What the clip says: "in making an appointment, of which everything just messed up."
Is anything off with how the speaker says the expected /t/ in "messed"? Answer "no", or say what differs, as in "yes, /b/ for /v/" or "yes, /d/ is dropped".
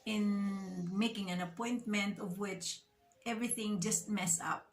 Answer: yes, /t/ is dropped